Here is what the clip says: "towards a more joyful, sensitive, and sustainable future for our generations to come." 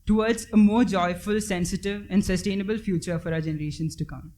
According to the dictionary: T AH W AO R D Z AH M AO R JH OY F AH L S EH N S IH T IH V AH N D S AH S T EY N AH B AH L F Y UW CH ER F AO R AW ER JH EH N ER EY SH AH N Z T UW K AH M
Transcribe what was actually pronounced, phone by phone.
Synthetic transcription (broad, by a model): T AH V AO R D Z AH M AO R JH OY F AH L S EH N S IH T IH V AH N D S AH S T EY N AH B AH L F Y UW CH ER F AO R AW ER JH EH N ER EY SH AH N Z T UW K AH M